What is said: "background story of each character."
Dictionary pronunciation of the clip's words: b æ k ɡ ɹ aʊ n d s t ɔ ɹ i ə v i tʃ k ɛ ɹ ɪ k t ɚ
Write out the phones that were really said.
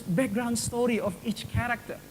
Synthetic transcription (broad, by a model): b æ k ɡ ɹ aʊ n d s t ɔ ɹ i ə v i tʃ k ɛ ɹ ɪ k t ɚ